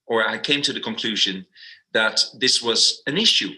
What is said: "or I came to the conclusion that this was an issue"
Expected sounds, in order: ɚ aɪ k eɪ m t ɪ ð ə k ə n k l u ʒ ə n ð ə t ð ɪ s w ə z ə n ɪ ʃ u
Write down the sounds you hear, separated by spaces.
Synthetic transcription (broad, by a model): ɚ aɪ k eɪ m t ɪ ð ə k ə n k l u ʒ ə n ð ə t ð ɪ s w ə z ə n ɪ ʃ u